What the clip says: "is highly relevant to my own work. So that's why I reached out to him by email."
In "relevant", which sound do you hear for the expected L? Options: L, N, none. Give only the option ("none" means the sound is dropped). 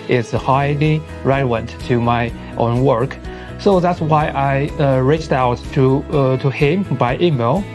none